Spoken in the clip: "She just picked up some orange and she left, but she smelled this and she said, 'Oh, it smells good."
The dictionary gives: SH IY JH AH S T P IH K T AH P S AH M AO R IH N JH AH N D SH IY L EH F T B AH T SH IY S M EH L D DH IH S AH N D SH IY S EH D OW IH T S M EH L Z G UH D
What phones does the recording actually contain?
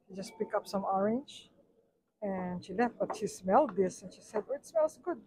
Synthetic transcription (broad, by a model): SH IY JH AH S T P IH K AH P S AH M AO R IH N JH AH N SH IY L EH F T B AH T SH IY S M EH L D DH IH S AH N SH IY S EH D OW IH T S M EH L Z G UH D